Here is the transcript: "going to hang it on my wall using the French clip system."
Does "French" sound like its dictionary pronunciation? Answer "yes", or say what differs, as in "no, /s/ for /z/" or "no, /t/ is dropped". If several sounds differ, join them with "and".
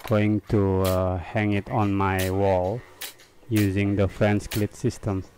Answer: no, /s/ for /tʃ/